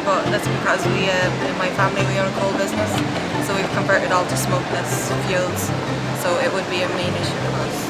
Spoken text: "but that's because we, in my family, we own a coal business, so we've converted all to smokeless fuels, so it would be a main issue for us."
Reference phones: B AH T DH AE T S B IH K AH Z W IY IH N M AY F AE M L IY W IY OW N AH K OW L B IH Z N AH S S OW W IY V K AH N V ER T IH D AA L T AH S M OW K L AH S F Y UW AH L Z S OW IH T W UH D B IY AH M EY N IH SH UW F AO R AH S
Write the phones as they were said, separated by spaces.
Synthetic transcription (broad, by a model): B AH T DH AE T S B IH K AH Z W IY IH N M AY F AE M L IY W IY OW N AH K OW L B IH Z N AH S S OW W IY V K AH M V ER T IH D AA L T AH S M OW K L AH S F Y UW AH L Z S OW IH T W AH D B IY AH M EY N IH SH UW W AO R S